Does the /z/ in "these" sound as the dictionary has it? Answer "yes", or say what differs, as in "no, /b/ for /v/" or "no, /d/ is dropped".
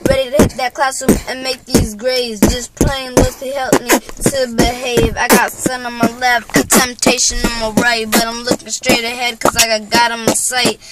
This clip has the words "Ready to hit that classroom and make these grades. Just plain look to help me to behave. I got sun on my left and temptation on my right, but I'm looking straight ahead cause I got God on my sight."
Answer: yes